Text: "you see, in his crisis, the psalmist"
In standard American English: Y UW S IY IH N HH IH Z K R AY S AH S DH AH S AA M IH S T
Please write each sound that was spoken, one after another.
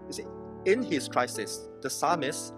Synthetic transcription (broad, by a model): Y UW S IY IH N HH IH S K R AY S AH S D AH S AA M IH S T